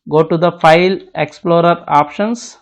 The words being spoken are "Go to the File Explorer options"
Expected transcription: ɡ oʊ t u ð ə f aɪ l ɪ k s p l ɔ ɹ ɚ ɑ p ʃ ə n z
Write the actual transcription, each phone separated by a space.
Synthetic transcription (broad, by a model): ɡ oʊ t u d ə f aɪ l ɪ k s p l ɔ ɹ ɚ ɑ p ʃ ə n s